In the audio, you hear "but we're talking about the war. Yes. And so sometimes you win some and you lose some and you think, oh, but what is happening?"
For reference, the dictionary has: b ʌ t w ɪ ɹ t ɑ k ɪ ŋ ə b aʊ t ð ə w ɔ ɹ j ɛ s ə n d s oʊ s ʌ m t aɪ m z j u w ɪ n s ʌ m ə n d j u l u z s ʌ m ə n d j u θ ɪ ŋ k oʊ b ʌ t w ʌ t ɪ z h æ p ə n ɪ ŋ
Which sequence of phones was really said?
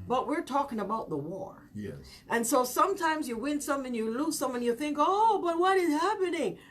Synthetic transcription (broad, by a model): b ʌ t w ɪ ɹ t ɑ k ɪ ŋ ə b aʊ t ð ə w ɔ ɹ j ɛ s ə n s oʊ s ʌ m t aɪ m z j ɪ w ɪ n s ʌ m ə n j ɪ l u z s ʌ m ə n j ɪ θ ɪ ŋ k oʊ b ʌ t w ʌ t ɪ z h æ p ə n ɪ ŋ